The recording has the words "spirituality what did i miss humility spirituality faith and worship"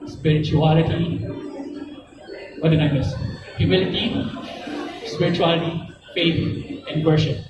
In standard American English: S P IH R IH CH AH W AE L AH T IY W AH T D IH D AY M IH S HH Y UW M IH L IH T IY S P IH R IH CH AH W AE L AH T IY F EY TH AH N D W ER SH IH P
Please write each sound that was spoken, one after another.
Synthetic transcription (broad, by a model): S P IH R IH CH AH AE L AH T IY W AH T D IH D AY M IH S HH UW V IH L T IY S P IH R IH CH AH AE L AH T IY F EY T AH N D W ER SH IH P